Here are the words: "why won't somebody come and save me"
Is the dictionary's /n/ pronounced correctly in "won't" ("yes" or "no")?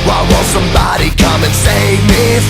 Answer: no